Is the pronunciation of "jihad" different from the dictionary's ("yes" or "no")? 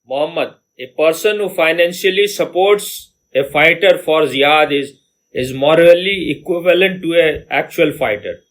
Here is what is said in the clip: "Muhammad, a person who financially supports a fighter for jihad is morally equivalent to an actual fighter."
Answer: yes